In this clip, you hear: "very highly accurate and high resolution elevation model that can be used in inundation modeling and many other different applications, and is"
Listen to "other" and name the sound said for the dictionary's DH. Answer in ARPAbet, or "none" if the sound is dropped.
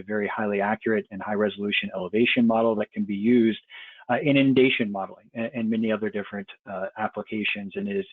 DH